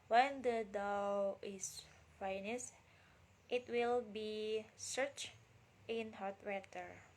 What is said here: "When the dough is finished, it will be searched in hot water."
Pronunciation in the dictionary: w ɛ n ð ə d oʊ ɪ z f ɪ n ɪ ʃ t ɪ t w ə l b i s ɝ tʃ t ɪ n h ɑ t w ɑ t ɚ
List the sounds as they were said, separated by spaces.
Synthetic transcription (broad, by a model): w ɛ n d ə d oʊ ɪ s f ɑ n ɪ s t ɪ t w ə l b i s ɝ tʃ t ɪ n h ɑ t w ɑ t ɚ